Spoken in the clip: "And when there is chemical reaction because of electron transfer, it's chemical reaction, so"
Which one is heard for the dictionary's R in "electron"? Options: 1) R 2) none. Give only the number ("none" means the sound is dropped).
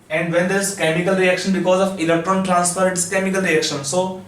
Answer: 1